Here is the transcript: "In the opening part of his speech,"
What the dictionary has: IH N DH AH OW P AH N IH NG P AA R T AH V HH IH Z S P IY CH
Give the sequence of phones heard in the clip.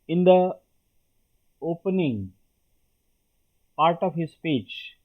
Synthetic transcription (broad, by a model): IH N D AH OW P AH N IH NG P AA R T AH V HH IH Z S P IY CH